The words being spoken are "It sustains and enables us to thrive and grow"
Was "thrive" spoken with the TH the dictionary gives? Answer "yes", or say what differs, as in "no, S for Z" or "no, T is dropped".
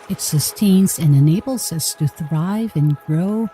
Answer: yes